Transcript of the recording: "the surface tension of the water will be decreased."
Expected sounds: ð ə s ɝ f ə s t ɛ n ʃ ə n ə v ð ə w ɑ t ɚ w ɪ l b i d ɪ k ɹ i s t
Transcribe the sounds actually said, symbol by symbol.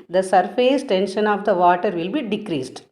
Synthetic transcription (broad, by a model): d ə s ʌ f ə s t ɛ n ʃ ə n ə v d ə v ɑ t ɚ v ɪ l b i d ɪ k ɹ i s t